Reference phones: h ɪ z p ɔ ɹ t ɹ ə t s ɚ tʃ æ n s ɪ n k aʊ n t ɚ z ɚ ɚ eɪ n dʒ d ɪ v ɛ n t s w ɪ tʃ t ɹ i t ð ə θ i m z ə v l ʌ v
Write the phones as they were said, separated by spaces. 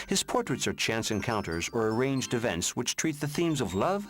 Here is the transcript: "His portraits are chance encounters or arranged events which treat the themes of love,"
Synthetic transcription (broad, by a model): h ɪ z p ɔ ɹ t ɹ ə t s ɚ tʃ æ n s ɪ n k aʊ n t ɚ z ɚ ɚ eɪ n dʒ d ɪ v ɛ n t s w ɪ tʃ t ɹ i t ð ə θ i m z ə v l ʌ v